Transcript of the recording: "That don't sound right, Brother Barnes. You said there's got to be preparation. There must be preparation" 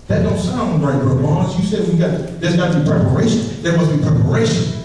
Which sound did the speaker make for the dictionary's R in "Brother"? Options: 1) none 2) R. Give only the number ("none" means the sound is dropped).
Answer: 1